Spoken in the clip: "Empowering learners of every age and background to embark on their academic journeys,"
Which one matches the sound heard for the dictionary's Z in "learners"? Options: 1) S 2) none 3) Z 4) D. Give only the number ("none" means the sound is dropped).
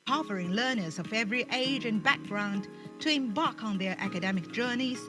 3